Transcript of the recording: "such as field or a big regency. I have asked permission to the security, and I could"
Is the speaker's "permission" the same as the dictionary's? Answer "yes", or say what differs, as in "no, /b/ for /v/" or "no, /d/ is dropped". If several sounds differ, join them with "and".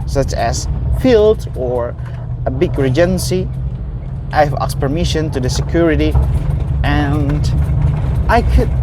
yes